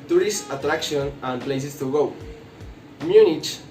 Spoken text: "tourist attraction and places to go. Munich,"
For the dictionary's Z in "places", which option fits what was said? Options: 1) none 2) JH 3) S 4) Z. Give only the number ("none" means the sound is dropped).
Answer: 3